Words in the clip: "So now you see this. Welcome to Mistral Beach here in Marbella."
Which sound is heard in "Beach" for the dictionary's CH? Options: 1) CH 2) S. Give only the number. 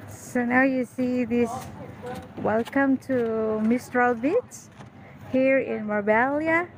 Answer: 2